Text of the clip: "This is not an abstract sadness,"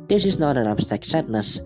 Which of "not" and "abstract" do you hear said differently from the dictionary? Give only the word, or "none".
abstract